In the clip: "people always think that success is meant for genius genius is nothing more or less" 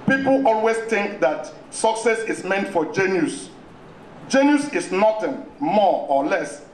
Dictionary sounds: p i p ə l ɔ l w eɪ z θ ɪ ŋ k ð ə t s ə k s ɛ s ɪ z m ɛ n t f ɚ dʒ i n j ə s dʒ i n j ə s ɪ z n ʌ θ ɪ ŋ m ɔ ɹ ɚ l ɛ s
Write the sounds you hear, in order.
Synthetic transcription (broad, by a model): p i p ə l ɔ l w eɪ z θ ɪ ŋ k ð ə t s ə k s ɛ s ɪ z m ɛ n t f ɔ dʒ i n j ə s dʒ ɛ n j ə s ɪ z n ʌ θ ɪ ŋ m ɔ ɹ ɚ l ɛ s